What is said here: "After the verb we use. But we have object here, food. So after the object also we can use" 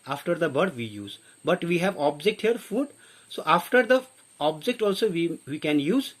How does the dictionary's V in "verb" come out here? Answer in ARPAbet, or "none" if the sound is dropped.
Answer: B